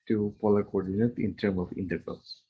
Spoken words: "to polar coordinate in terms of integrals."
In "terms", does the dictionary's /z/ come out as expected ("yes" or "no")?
no